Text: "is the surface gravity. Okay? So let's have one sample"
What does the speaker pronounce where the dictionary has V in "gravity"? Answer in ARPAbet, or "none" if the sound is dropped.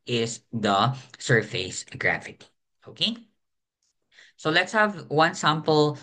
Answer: F